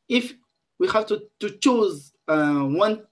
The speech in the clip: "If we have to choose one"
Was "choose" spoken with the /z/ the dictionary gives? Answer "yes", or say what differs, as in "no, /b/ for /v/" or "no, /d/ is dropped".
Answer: yes